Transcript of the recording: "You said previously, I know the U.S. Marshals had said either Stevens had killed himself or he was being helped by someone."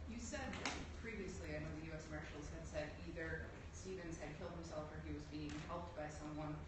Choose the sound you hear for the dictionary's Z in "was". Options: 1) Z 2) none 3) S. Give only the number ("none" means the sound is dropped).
1